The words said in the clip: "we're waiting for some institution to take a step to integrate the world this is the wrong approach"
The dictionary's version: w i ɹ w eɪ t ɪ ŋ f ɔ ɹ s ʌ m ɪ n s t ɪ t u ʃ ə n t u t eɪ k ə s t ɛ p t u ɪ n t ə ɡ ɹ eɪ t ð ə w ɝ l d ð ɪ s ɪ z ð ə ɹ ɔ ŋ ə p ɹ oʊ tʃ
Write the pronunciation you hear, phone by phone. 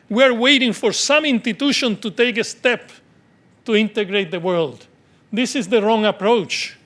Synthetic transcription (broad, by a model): w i ɹ w eɪ t ɪ ŋ f ɔ ɹ s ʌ m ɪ n s t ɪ t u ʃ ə n t u t eɪ k ə s t ɛ p t u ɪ n t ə ɡ ɹ eɪ t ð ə w ɝ l d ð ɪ s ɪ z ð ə ɹ ɔ ŋ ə p ɹ oʊ tʃ